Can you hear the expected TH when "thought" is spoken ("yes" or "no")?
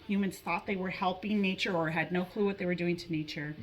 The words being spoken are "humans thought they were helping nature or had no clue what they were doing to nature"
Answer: yes